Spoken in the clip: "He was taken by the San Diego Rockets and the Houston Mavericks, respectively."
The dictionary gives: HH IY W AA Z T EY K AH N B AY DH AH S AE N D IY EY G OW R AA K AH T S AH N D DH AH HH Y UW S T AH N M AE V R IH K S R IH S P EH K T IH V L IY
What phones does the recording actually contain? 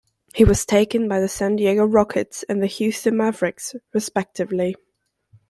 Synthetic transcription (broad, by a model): HH IY W AA Z T EY K AH N B AY DH AH S AE N D IY EY G OW R AA K AH T S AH N DH AH HH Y UW S T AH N M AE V R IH K S R IH S P EH K T IH V L IY